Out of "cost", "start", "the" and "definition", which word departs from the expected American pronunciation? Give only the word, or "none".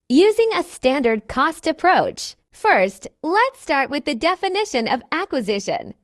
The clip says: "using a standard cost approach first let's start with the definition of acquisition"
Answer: none